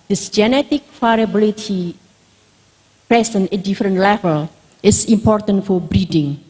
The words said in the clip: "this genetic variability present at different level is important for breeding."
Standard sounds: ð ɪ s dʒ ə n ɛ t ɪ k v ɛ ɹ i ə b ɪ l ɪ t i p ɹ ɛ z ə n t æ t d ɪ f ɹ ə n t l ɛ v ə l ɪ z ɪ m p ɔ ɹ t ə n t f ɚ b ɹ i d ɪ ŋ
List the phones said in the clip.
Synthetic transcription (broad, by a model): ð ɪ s dʒ ə n ɛ t ɪ k f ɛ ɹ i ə b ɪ l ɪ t i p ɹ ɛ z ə n ʌ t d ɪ f ɹ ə n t l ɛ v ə l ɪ s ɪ m p ɔ ɹ t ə n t f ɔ b ɹ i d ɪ ŋ